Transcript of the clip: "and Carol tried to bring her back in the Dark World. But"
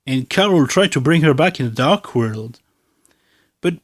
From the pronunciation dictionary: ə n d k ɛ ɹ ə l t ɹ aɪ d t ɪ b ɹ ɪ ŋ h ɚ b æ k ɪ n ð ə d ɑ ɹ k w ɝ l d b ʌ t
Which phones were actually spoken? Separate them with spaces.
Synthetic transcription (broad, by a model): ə n k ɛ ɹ l t ɹ aɪ d t ɪ b ɹ ɪ ŋ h ɚ b æ k ɪ n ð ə d ɑ ɹ k w ɝ l d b ʌ t